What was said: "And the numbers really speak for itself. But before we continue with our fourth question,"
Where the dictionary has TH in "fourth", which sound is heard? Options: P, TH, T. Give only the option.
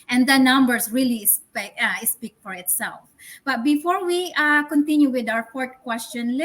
T